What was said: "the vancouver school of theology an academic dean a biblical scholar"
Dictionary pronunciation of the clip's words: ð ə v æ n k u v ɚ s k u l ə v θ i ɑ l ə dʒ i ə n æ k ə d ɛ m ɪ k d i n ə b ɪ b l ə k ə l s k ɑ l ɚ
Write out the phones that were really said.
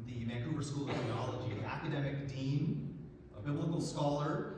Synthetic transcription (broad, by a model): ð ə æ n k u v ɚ s k u l ə v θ i ɑ l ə dʒ i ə æ k ə d ɛ m ɪ k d i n ə b ɪ b l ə k l s k ɑ l ɚ